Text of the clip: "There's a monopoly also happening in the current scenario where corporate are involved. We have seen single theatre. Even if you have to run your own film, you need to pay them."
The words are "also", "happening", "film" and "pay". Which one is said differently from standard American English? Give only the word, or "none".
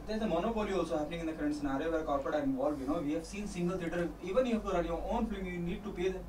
film